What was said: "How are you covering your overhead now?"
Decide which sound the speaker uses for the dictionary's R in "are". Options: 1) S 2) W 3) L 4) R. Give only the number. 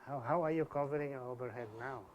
2